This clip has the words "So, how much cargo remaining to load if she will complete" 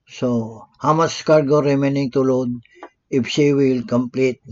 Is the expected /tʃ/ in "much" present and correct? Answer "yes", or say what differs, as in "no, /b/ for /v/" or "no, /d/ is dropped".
no, /s/ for /tʃ/